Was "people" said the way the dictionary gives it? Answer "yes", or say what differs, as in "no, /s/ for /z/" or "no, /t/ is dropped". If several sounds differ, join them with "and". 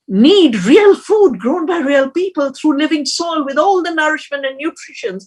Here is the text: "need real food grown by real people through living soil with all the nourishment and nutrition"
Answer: yes